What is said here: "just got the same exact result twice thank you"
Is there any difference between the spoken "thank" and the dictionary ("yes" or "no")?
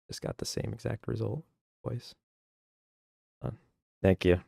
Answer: no